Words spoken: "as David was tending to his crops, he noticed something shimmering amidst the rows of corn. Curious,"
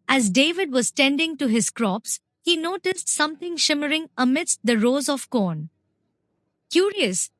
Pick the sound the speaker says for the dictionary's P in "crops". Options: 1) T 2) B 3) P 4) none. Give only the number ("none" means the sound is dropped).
3